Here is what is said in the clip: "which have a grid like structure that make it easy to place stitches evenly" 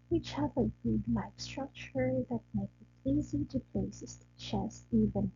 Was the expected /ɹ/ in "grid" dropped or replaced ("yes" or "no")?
yes